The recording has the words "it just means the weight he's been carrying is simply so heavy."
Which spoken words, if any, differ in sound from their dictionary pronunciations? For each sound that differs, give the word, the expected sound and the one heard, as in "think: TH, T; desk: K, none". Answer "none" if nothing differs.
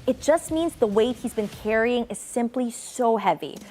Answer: none